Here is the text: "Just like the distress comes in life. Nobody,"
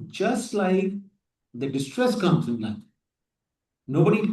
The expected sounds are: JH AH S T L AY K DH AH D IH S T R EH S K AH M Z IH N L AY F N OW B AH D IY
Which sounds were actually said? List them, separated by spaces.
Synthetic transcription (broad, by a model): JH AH S T L AY K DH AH D IH S T R EH S K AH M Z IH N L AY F N OW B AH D IY